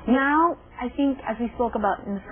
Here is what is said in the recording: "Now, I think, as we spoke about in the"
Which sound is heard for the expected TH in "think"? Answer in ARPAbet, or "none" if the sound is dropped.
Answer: TH